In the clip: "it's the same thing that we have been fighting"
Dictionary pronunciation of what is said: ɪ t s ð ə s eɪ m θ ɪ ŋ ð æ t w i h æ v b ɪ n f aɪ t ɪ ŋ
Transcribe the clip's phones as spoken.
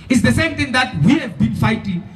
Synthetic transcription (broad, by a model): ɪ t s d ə s eɪ m t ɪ ŋ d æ t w i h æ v b ɪ n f aɪ t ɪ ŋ